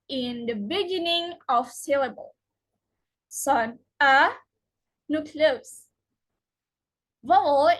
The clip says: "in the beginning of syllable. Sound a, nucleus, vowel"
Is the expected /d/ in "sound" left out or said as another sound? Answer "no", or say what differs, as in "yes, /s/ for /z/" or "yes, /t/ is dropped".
yes, /d/ is dropped